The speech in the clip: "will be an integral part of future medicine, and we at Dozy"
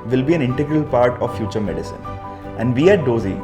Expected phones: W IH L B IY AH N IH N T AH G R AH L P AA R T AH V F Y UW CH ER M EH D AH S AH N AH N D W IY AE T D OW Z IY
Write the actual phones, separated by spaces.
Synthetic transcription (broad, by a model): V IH L B IY AH N IH N T AH G R AH L P AA R T AH V F Y UW CH ER M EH D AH S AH N AH N D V IY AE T D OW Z IY